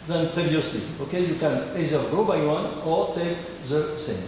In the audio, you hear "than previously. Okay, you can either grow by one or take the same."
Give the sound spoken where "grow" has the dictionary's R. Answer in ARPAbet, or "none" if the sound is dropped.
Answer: none